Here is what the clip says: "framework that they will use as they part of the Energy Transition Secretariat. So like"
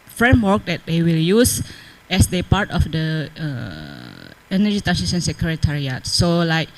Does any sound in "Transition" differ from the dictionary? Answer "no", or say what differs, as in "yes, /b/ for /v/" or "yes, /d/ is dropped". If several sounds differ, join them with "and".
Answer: yes, /ɹ/ is dropped and /s/ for /ʃ/